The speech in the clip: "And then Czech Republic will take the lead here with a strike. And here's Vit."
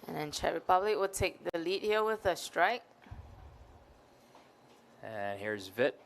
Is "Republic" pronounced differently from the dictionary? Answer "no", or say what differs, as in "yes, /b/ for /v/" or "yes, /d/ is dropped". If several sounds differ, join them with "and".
yes, /b/ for /p/